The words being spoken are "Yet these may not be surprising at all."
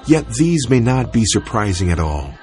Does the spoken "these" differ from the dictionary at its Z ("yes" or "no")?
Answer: no